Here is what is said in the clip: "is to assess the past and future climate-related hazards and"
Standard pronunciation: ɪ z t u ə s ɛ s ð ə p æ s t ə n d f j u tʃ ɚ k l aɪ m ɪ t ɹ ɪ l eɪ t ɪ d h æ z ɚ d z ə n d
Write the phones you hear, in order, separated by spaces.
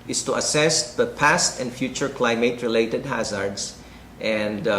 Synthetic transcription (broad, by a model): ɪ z t u ə s ɛ s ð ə p æ s t ə n d f j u tʃ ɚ k l aɪ m ɪ t ɹ ɪ l eɪ t ɪ d h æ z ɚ d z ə n d